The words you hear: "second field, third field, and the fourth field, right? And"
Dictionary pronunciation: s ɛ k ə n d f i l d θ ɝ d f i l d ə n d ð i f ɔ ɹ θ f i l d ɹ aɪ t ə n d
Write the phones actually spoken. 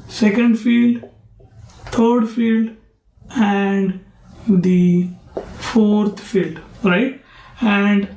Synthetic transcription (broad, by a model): s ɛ k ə n d f i l d t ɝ d f i l d ə n d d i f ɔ ɹ t f i l d ɹ aɪ t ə n d